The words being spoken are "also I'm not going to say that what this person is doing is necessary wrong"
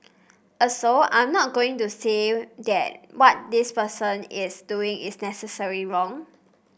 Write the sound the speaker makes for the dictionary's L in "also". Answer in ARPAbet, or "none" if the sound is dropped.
none